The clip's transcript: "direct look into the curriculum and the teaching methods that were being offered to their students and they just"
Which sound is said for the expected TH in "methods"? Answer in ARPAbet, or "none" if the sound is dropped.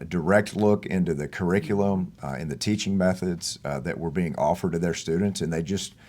TH